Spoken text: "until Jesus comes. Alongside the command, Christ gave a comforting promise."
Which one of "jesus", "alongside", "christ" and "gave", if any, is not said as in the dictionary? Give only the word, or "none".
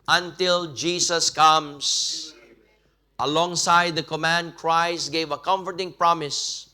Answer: jesus